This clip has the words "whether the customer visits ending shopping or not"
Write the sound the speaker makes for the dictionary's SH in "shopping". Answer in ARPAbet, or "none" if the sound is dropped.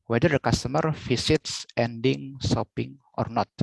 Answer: S